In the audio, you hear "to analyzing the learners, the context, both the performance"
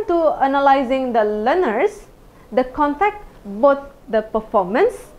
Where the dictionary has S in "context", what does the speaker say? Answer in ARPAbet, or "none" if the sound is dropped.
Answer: none